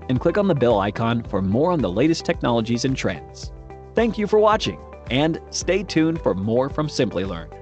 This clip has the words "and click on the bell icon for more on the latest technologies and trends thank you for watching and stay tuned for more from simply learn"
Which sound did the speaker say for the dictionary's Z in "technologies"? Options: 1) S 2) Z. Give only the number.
2